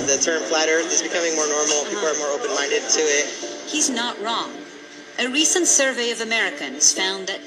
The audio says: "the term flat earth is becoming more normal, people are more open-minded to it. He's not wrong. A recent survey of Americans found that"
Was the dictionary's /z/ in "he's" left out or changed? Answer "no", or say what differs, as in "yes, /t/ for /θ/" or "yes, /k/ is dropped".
no